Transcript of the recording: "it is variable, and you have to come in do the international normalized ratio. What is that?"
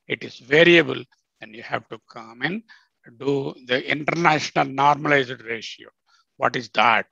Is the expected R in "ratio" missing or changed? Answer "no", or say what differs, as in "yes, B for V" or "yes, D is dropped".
no